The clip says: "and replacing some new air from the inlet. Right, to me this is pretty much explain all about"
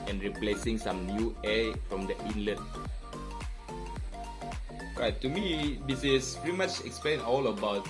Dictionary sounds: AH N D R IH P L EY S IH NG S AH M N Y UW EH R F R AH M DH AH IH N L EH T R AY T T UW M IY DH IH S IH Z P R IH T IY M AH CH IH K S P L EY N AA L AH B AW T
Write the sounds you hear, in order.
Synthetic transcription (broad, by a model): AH N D R IH P L EY S IH NG S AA M N Y UW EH F R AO M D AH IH N L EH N R AY T T UW M IY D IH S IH S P EH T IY M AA CH IH K S P L EY N AA L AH B AW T